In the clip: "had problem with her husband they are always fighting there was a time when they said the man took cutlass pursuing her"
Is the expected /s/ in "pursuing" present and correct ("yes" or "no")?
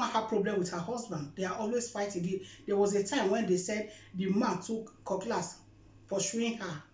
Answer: no